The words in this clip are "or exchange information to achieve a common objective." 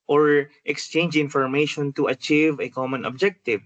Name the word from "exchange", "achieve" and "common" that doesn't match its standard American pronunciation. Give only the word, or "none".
none